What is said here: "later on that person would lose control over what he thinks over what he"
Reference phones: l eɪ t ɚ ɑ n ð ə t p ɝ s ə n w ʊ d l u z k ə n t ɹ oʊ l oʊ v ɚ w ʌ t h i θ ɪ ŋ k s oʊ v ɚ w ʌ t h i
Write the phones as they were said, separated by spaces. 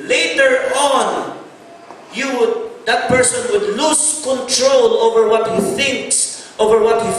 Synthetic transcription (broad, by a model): l eɪ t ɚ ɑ n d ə t p ɝ s ə n w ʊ d l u s k ə n t ɹ oʊ l oʊ v ɚ w ʌ t h i θ ɪ ŋ k s oʊ v ɚ w ʌ t h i